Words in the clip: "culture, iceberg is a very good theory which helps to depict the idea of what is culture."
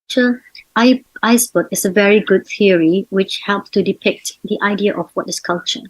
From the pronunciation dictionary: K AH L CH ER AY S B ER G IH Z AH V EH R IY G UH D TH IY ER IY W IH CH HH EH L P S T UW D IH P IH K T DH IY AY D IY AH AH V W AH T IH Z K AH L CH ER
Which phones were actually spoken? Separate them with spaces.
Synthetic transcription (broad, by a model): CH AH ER AY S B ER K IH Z AH V EH R IY G UH D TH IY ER IY W IH CH HH EH L P S T UW D IH P IH K T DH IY AY D IY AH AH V W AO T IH S K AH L CH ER